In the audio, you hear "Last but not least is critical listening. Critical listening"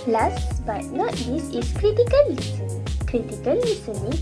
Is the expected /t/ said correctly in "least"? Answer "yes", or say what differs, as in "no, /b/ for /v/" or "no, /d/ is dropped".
no, /t/ is dropped